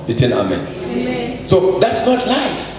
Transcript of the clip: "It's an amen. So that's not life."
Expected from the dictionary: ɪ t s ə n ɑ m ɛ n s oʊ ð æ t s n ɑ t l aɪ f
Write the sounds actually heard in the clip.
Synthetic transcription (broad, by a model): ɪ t ə n ɑ m ɛ n s oʊ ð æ t s n ɑ t l aɪ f